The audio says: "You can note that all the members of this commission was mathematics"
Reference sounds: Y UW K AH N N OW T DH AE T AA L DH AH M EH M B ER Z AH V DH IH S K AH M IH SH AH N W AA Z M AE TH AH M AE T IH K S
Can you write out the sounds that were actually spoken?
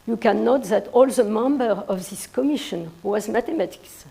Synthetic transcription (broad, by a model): Y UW K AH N N OW T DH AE T AA L DH AH M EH M B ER AH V DH IH S K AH M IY SH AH N W AA Z M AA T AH M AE T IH K S